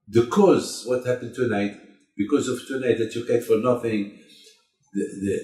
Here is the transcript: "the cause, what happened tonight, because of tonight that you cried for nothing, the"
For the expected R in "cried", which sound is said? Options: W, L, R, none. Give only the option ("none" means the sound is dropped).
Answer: none